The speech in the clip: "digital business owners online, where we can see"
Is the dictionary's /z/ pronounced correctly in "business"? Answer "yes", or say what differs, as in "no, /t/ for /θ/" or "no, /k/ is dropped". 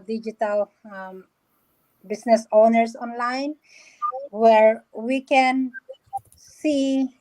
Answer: no, /s/ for /z/